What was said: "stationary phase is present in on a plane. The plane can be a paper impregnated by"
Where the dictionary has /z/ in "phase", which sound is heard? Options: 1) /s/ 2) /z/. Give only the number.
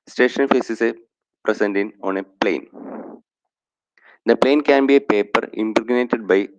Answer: 1